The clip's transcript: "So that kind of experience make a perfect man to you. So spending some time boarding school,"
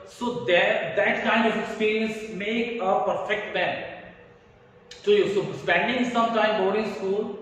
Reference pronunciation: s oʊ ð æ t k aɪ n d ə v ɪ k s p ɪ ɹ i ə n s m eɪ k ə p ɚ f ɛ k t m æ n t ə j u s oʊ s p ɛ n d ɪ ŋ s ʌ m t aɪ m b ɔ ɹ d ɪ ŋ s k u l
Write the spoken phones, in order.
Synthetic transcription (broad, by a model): s oʊ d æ t k aɪ n d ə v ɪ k s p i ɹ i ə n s m eɪ k ə p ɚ f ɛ k t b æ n s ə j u s oʊ s p ɛ n d ɪ ŋ s ʌ m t aɪ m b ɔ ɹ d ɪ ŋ s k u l